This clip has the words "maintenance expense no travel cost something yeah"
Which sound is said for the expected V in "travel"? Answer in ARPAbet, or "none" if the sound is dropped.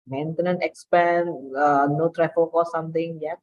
F